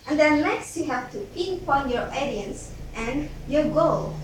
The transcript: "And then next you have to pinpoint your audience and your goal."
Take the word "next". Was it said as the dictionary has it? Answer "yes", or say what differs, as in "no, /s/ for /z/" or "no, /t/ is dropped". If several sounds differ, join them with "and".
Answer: no, /l/ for /n/